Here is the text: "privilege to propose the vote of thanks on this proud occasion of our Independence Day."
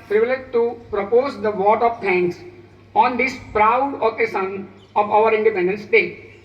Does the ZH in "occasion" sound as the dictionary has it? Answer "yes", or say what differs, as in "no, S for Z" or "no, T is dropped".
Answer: no, SH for ZH